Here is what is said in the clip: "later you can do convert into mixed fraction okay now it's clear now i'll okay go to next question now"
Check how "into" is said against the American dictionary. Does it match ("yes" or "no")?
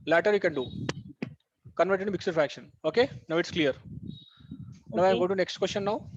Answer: no